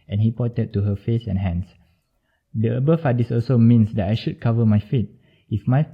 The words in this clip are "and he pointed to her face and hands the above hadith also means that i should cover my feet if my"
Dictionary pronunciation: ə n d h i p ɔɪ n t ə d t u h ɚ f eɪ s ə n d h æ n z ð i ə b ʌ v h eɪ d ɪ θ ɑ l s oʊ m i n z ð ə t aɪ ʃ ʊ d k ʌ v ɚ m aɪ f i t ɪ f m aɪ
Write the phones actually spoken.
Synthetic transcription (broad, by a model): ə n h i p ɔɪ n t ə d t u h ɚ f eɪ s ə n h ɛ n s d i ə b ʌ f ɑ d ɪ s ɑ l s oʊ m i n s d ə t aɪ ʃ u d k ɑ v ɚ m aɪ f i t ɪ f m aɪ